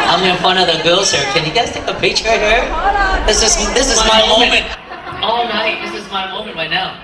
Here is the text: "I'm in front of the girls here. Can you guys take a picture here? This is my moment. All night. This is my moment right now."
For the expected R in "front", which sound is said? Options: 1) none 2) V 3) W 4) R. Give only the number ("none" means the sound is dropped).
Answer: 1